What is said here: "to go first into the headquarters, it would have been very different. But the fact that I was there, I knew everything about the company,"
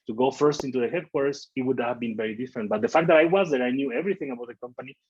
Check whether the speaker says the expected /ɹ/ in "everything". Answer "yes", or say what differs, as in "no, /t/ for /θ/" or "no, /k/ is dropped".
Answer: yes